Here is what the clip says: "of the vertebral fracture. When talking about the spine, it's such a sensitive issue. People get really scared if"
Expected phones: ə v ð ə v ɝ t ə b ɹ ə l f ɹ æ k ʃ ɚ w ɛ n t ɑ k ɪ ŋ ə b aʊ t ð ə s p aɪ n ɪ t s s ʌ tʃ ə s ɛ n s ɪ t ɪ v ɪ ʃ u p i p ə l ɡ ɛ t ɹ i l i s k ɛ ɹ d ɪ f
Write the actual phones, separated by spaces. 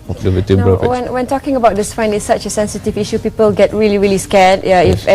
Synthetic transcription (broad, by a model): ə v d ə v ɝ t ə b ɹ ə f w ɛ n w ɛ n t ɑ k ɪ ŋ ə b aʊ t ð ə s f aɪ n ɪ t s s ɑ tʃ ə s ɛ n s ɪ t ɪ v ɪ ʃ u p i p ə l ɡ ɛ t ɹ i l i s k ɛ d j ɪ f